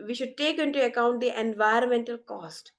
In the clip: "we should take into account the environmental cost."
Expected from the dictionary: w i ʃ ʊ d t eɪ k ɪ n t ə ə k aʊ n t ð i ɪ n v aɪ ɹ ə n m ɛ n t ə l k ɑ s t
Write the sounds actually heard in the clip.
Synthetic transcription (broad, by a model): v i ʃ ʊ d t eɪ k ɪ n t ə ə k aʊ n t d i ɪ n v aɪ ɹ ə n m ɛ n t ə l k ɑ s t